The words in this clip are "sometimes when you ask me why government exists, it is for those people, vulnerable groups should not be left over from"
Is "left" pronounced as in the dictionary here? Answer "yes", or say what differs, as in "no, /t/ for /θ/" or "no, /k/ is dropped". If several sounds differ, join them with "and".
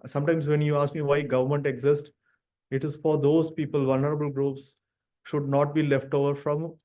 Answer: yes